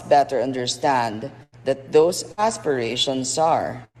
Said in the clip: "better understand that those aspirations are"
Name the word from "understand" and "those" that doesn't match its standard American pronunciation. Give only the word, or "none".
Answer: those